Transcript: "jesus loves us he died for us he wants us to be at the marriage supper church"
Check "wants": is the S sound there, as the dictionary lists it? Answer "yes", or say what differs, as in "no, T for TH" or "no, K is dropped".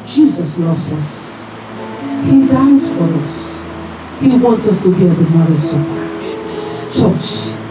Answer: no, S is dropped